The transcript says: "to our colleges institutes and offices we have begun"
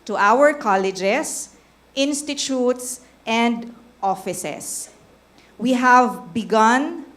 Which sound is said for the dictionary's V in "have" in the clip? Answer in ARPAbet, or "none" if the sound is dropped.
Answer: V